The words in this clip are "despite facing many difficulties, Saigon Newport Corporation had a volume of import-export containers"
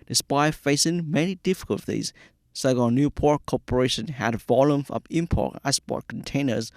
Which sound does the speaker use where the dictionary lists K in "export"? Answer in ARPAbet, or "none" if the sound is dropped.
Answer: none